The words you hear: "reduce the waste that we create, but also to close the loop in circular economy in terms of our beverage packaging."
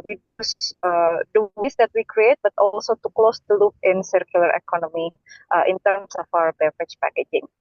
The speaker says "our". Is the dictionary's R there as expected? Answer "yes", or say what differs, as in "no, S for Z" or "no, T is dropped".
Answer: no, W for R